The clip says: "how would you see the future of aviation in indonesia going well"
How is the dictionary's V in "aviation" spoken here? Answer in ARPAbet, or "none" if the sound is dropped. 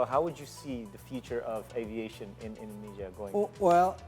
V